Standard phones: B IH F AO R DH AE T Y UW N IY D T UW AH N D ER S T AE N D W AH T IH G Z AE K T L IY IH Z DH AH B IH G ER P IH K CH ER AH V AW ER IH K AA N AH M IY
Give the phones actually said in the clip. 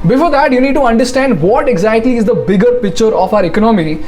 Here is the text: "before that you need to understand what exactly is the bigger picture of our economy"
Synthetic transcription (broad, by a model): B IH F AO R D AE T Y UW N IY D T UW AH N D ER S T AE N D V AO T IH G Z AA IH T IY IH Z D AH B IH G ER P IH K CH ER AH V AW ER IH K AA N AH M IY